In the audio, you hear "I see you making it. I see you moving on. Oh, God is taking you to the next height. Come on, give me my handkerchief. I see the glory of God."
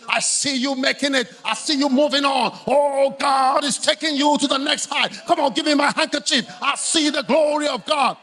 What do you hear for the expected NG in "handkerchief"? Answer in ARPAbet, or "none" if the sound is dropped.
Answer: NG